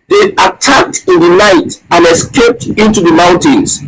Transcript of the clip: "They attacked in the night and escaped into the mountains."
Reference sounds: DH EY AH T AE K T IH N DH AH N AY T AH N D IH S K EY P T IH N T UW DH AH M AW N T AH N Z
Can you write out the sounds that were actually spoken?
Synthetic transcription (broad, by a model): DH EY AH T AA K T IH N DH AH N AY T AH N IH S K EY P T IH N T UW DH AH M AW N T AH N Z